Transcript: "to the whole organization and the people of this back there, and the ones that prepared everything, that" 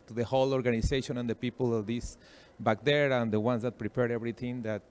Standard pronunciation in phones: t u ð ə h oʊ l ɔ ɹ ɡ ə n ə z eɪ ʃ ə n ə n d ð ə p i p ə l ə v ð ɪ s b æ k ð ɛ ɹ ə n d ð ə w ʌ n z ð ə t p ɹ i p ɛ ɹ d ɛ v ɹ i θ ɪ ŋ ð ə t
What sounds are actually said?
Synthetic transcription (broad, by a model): t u ð ə h oʊ l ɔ ɹ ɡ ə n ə s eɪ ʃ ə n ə n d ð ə p i p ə l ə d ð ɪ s b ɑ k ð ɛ ɹ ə n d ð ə w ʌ n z ð ə t p ɹ i p ɛ ɹ d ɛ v ɹ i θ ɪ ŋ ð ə t